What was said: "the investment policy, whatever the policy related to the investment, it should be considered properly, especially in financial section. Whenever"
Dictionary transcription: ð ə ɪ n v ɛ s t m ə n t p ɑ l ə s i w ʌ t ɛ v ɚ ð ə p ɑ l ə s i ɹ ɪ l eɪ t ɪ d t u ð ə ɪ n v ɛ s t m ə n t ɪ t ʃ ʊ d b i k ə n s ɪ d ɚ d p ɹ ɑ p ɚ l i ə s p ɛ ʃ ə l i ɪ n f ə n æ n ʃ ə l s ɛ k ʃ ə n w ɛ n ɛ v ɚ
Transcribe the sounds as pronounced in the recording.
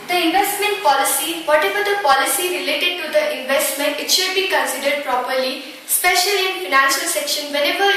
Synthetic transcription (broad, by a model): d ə ɪ n v ɛ s t m ə n t p ɑ l ə s i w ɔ t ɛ v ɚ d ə p ɑ l ə s i ɹ ɪ l eɪ t ɪ d t u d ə ɪ n v ɛ s t m ə n t ɪ t ʃ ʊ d b i k ə n s ɪ d ɚ d p ɹ ɑ p ɚ l i s p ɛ ʃ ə l i ɪ n f ə n æ n ʃ ə l s ɛ k ʃ ə n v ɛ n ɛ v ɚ